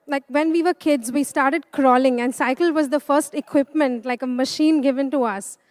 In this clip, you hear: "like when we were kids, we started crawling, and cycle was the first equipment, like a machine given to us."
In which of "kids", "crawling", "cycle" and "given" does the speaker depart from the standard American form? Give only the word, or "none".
none